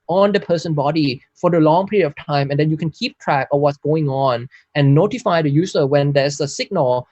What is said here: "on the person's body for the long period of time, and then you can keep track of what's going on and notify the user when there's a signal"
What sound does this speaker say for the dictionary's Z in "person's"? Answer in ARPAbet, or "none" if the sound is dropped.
none